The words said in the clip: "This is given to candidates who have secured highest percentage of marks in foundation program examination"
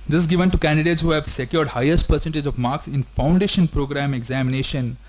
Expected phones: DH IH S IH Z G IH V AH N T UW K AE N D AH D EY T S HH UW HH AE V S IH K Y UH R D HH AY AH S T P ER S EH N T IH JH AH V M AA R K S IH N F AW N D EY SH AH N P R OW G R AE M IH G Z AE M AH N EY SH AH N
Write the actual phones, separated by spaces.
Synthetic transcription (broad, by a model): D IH S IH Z G IH V AH N T UW K AE N D AH D EY T S HH UW HH AE V S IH K Y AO R D HH AY AH S T P ER S EH N T IH JH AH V M AA R K S IH N F AW N D EY SH AH N P R OW G R AE M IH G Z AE M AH N EY SH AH N